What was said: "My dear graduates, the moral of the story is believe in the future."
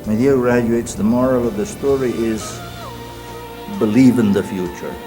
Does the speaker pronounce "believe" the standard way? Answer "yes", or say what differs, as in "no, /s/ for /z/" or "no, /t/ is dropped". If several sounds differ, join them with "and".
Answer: yes